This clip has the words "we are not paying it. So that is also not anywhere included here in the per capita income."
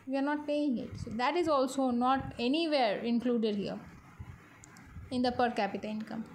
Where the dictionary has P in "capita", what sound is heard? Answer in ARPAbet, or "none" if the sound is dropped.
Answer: P